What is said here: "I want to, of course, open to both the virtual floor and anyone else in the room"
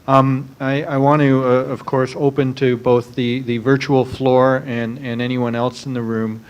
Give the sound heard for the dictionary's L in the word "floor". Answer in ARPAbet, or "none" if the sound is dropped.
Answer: L